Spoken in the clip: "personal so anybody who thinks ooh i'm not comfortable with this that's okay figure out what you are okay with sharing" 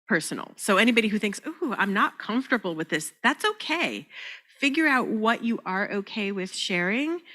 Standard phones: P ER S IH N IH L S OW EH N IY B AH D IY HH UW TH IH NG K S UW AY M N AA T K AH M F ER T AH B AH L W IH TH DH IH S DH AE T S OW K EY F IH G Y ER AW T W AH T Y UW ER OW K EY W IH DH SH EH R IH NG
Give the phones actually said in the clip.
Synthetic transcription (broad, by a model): P ER S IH N L S OW EH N IY B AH D IY HH UW TH IH NG K S UW AY M N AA T K AH M F T AH B L W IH DH IH S DH AE T S OW K EY F IH G Y ER AW T W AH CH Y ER OW K EY W IH DH SH EH R IH NG